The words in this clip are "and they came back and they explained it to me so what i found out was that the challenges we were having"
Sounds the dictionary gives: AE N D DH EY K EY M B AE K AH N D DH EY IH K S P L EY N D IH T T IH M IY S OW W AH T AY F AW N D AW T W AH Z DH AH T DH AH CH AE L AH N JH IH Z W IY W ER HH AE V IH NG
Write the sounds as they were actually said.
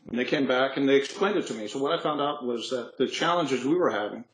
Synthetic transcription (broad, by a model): N DH EY K EY M B AE K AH N DH EY IH K S P L EY N D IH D T IH M IY S OW W AH T AY F AW N D AW T W AH Z DH AH T DH AH CH AE L AH N JH IH Z W IY W ER HH AE V IH NG